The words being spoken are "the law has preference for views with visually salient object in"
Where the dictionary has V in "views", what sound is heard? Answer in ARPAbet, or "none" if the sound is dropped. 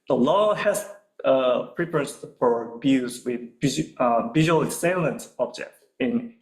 B